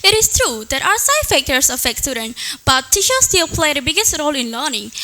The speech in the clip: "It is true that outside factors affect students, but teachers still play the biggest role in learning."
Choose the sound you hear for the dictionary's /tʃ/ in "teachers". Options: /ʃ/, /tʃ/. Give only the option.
/ʃ/